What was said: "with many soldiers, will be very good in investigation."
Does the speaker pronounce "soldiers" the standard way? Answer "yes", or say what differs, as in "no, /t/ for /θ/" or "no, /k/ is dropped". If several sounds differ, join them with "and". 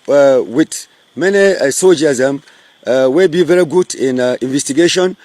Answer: no, /l/ is dropped